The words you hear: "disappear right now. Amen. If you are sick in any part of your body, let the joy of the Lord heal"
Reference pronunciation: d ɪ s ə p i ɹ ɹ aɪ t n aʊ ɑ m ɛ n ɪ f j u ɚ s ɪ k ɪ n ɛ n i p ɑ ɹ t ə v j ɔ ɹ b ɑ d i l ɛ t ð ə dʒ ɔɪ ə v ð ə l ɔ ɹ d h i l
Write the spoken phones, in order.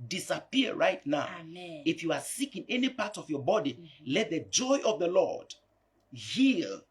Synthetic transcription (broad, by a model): d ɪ s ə p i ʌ ɹ aɪ t n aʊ ɑ ʊ ɪ f j u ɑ s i k ɪ n ɛ n i p ɑ t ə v j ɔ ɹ b ɑ d i l ɛ t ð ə dʒ ɔɪ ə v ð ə l ɔ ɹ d h i l